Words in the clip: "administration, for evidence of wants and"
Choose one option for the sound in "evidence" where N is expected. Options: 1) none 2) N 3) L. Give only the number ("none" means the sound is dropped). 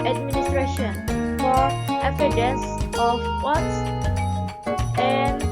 1